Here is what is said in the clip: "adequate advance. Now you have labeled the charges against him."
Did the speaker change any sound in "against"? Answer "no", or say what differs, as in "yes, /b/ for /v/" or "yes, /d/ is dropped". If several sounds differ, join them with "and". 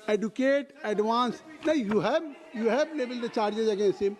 no